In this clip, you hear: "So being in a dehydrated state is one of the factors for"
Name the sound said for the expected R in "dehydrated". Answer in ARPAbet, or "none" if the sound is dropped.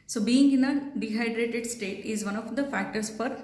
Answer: R